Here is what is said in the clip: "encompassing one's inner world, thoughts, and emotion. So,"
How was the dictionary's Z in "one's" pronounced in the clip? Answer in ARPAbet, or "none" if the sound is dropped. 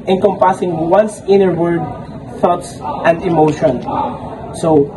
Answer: S